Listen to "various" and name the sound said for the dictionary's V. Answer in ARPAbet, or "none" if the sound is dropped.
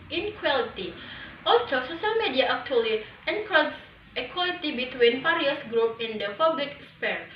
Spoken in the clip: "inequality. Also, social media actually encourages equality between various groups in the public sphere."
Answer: P